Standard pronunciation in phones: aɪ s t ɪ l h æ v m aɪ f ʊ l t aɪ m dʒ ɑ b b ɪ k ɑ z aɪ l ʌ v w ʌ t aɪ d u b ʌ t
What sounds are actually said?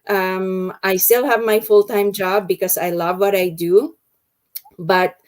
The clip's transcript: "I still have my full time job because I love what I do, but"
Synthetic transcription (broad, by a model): aɪ s t ɪ l h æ v m aɪ f ʊ l t aɪ m dʒ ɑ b b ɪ k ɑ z aɪ l ʌ v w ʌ t aɪ d u b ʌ t